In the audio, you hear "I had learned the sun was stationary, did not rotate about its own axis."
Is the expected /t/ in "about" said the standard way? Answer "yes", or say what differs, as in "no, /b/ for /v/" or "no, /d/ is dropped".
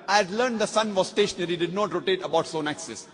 no, /t/ is dropped